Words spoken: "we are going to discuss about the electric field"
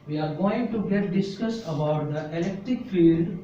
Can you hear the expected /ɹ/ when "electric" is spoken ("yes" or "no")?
yes